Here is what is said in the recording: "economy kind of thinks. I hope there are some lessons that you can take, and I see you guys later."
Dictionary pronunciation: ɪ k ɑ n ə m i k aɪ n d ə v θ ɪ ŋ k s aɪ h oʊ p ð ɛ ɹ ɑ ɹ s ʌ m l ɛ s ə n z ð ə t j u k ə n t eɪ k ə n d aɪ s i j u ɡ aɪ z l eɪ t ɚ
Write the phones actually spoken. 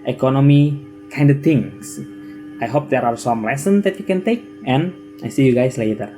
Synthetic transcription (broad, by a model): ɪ k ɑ n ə m i k aɪ n d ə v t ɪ ŋ s aɪ h oʊ p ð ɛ ɹ ɑ ɹ s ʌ m l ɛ s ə n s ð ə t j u k ə n t eɪ k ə n aɪ s i j u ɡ aɪ s l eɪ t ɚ